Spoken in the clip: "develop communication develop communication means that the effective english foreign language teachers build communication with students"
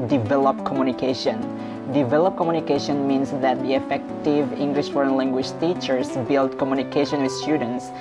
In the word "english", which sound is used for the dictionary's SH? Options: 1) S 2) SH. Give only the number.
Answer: 2